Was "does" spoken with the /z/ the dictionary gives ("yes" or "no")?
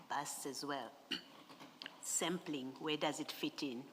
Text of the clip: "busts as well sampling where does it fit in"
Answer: yes